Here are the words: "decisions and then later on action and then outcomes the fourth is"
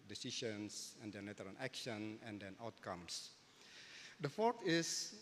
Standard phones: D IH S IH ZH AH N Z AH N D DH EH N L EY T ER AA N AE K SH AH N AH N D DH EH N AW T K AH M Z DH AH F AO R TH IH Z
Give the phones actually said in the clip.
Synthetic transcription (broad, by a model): D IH S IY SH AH N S AH N D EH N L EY T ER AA L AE K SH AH N AH N D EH N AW T K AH M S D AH F AO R T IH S